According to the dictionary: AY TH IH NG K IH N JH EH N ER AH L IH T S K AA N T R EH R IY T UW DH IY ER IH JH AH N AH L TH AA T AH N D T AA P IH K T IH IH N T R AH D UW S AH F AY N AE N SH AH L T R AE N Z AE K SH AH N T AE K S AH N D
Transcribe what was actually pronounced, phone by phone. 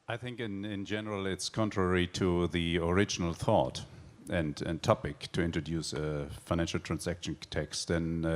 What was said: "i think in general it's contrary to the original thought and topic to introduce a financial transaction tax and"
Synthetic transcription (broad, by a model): AY TH IH NG K IH N JH EH N ER AH L IH T S K AA N T R EH R IY T UW DH IY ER IH JH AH N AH L TH AA T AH N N T AA P IH K T IH IH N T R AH D UW S AH F AY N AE N SH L T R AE N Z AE K SH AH N T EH K S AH N